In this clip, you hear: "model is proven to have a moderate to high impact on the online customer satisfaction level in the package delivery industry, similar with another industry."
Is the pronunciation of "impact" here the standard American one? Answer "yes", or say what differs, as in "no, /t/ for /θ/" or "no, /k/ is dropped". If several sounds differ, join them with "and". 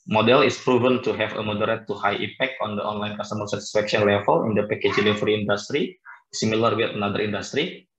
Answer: no, /m/ is dropped